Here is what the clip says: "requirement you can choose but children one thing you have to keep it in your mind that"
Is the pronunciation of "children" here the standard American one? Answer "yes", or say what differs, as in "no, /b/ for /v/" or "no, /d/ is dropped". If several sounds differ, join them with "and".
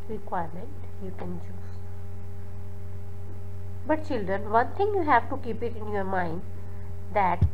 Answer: yes